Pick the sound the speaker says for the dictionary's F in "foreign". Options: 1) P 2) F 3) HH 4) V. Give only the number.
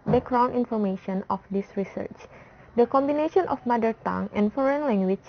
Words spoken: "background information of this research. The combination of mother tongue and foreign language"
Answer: 2